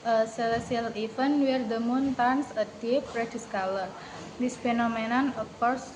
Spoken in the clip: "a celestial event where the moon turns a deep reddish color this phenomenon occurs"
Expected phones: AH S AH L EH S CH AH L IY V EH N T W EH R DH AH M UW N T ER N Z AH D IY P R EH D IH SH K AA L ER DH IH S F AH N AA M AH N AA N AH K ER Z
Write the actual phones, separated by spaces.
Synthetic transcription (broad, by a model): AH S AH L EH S AH L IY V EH N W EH R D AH M UW N T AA N S AH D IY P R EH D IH S K AA L ER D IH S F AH N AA M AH N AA N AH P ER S